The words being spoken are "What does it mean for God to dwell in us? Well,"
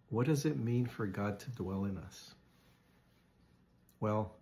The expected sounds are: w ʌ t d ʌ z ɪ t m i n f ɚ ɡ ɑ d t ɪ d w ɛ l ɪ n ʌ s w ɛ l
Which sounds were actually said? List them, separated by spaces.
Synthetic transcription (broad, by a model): w ʌ t d ʌ z ɪ t m i n f ɚ ɡ ɑ d t ɪ d w ɛ l ɪ n ʌ s w ɛ l